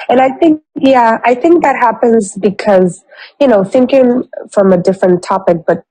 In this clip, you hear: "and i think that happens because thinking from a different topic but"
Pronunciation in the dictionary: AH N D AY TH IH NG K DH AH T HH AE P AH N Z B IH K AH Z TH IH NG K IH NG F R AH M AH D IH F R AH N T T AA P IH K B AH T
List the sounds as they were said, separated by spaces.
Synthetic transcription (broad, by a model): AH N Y AY TH IH NG K DH AH T HH AE P AH N Z B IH K AH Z TH IH NG K IH NG F R AH M AH D IH F R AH N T T AA P IH K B AH T